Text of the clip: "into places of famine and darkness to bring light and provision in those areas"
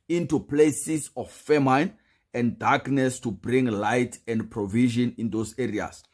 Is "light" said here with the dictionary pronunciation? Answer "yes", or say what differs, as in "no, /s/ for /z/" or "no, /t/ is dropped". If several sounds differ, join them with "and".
yes